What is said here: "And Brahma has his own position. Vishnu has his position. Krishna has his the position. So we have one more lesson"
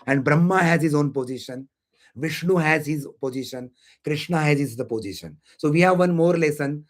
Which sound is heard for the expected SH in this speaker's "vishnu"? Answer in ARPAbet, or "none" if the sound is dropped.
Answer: SH